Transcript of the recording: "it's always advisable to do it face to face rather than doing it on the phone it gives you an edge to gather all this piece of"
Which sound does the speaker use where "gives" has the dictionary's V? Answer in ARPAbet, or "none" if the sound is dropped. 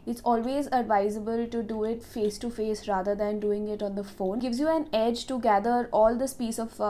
V